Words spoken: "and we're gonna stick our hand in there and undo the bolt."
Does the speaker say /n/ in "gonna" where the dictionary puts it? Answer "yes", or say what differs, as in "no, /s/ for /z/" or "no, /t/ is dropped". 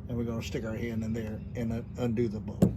no, /n/ is dropped